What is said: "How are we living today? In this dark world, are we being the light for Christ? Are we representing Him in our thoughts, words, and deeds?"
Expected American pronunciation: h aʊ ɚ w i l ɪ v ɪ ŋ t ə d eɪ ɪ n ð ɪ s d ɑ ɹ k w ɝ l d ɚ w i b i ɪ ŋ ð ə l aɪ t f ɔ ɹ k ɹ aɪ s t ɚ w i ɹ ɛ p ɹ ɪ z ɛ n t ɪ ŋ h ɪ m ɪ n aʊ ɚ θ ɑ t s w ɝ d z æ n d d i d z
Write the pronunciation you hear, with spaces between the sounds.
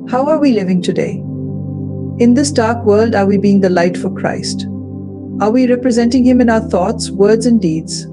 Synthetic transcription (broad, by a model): h aʊ ɚ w i l ɪ v ɪ ŋ t ə d eɪ ɪ n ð ɪ s d ɑ ɹ k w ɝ l d ɚ w i b i ɪ ŋ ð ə l aɪ t f ɔ ɹ k ɹ aɪ s t ɚ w i ɹ ɛ p ɹ ɪ z ɛ n t ɪ ŋ h ɪ m ɪ n aʊ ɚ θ ɑ t s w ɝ d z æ n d d i d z